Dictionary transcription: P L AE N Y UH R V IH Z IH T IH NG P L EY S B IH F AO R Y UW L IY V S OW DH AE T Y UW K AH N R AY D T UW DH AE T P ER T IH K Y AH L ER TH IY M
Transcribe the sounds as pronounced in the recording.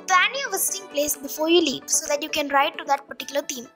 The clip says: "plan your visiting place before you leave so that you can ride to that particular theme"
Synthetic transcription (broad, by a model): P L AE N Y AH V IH S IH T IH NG P L EY S B IH F AO R Y UW L IY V S OW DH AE T Y UW K AH N R AY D T UW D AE T P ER T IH K Y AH L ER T IY M